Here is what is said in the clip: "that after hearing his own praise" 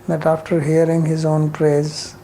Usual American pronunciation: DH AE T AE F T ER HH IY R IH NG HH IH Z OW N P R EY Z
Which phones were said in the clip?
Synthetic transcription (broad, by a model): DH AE T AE F T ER HH IY R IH NG HH IH Z OW N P R EY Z